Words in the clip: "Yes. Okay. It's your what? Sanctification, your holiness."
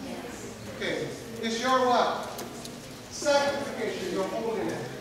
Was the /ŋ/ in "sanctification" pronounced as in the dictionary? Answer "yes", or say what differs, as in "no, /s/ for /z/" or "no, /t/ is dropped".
no, /ŋ/ is dropped